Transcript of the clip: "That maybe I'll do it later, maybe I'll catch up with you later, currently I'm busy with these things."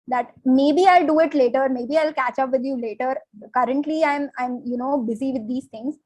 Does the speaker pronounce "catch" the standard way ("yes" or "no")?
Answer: yes